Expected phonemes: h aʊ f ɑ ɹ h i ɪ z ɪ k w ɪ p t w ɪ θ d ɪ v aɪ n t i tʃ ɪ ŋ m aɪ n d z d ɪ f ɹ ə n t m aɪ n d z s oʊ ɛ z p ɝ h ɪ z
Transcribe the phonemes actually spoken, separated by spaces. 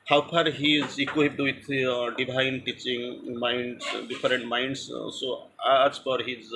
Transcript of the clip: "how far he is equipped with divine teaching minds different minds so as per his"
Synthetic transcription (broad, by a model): h aʊ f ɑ ɹ h i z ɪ k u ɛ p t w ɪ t d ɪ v aɪ n t i tʃ ɪ ŋ m aɪ n d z d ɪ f ɹ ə n t m aɪ n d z s oʊ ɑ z f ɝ h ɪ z